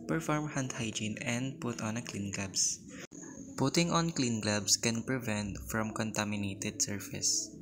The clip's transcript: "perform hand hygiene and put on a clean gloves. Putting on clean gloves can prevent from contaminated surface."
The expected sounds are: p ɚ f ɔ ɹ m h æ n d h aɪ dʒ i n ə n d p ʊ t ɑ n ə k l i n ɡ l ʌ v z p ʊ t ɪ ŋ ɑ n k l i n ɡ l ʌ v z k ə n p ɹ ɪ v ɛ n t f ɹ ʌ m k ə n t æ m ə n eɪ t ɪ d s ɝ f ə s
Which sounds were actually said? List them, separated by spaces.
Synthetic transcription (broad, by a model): p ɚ f ɔ ɹ m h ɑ n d h aɪ dʒ i n ə n d p ʊ t ɑ n ə k l i n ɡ l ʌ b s p ʊ t ɪ ŋ ɑ n k l i n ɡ l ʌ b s k ə n p ɹ ɪ v ɛ n t f ɹ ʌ m k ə n t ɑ m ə n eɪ t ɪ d s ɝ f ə s